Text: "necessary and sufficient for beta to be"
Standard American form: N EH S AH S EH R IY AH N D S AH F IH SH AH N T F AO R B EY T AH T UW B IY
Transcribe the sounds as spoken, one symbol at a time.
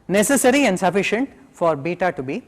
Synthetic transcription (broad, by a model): N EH S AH S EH R IY AH N D S AH F IH SH AH N T F AO R B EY T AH T UW B IY